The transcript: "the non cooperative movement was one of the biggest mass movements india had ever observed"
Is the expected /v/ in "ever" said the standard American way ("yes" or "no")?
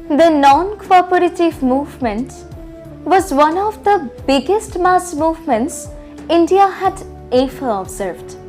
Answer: no